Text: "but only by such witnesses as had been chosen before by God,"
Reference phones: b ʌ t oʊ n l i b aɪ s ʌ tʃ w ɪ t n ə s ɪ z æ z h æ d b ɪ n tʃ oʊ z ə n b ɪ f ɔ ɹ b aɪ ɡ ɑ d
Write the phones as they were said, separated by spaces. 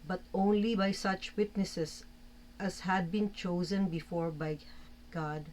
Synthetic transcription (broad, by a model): b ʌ t oʊ n l i b aɪ s ʌ tʃ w ɪ t n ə s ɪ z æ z h æ d b ɪ n tʃ oʊ z ə n b ɪ f ɔ ɹ b aɪ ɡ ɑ d